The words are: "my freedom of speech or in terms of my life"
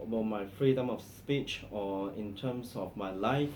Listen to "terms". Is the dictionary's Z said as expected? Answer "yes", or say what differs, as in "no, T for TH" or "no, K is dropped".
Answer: no, S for Z